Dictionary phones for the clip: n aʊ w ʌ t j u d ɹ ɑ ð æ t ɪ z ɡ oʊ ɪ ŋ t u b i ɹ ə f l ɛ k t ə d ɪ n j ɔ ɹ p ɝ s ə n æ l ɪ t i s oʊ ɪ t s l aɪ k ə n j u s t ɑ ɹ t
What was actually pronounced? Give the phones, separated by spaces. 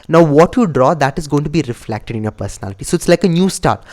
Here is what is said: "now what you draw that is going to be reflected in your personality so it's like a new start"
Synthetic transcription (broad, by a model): n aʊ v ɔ t j u d ɹ ɑ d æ t ɪ z ɡ oʊ ɪ ŋ t u b i ɹ ə f l ɛ k t ə d ɪ n j ɔ ɹ p ɝ s ə n æ l ɪ t i s oʊ ɪ t s l aɪ k ə n j u s t ɑ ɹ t